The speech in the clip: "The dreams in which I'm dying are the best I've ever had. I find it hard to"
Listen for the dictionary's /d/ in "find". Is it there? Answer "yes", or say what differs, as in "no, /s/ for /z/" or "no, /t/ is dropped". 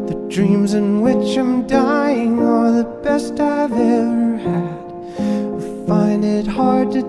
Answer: yes